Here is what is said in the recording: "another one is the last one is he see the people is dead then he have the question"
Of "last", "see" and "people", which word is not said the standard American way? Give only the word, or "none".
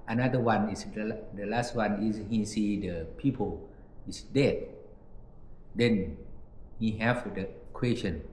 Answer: none